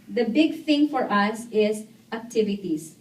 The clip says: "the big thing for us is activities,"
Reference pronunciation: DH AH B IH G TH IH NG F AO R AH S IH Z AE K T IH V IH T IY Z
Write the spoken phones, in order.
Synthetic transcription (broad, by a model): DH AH B IH G TH IH NG F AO R AH S IH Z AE K T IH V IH T IY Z